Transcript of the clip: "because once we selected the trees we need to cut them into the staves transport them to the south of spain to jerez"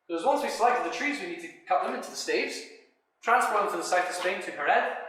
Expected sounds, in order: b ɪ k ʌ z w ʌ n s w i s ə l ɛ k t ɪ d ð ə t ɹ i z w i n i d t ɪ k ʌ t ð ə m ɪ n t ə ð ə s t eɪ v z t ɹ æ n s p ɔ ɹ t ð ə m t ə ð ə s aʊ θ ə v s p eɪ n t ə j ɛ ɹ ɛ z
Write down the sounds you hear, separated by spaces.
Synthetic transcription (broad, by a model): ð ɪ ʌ z w ʌ n s w i s ə l ɛ k t ɪ d ð ə t ɹ i z w i n i d t ɪ k ʌ t ð ə m ɪ n t ə ð ə s t eɪ v z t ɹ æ n s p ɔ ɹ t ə t ə ð ə s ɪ t ə v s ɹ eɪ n t ə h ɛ ɹ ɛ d